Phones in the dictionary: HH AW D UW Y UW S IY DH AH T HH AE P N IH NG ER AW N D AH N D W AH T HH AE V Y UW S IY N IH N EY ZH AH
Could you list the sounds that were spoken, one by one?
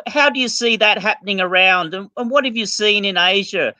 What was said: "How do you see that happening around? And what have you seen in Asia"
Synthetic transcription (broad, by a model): HH AW D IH Y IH S IY DH AH T HH AE P N IH NG ER AW N D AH N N W AH T HH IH V Y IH S IY N IH N EY ZH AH